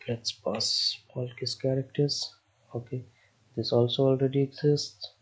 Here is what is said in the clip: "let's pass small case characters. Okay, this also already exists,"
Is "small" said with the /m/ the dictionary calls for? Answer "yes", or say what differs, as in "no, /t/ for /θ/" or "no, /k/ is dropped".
no, /m/ is dropped